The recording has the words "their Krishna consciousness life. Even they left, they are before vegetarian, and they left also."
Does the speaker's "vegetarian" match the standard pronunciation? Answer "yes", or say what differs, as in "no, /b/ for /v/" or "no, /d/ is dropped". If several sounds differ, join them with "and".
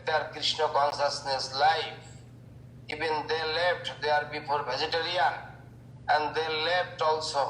no, /b/ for /v/